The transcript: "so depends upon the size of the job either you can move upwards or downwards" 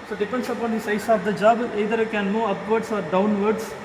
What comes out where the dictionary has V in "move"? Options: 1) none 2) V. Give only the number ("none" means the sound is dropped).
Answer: 1